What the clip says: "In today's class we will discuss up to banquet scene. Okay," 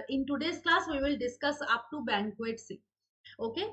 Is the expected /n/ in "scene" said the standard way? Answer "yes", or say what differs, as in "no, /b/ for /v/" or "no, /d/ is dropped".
no, /n/ is dropped